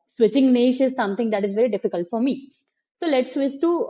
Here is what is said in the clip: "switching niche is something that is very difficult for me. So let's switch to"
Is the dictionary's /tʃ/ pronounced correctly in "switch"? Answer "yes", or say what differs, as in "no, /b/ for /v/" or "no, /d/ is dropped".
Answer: no, /s/ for /tʃ/